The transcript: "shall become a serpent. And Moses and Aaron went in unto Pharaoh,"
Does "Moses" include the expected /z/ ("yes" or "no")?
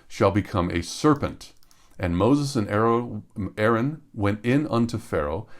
yes